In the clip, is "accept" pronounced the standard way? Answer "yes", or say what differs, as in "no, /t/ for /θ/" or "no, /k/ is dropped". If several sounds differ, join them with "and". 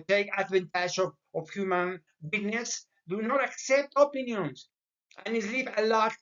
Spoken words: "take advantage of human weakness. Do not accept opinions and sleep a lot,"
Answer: yes